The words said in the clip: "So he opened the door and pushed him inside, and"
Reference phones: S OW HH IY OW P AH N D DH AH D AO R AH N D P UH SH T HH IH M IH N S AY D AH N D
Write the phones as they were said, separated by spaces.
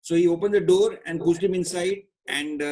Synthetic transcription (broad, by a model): S OW HH IY OW P AH N D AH D AO R AH N D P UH S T HH IH M IH N S AY D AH N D